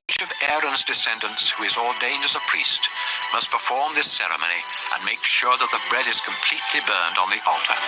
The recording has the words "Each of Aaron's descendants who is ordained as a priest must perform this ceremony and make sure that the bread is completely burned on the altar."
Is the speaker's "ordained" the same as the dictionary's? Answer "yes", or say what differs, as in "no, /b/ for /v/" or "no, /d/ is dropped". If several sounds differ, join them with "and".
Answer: yes